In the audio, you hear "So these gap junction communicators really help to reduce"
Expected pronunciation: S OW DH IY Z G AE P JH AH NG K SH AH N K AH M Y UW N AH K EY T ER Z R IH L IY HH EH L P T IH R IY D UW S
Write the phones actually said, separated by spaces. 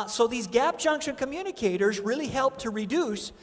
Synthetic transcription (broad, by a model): S OW DH IY Z G AE P JH AH NG K SH AH N K AH M Y UW N AH K EY T ER Z R IH L IY HH EH L P T IH R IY D UW S